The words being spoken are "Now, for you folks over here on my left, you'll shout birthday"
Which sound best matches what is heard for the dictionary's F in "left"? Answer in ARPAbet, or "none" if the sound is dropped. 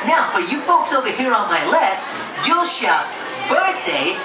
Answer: F